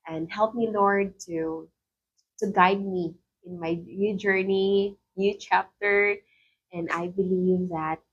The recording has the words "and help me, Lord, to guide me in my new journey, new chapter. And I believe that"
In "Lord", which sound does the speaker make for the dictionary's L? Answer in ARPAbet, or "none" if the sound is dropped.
N